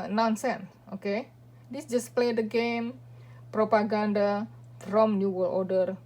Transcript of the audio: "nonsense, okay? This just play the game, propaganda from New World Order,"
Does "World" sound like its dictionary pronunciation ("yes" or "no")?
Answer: no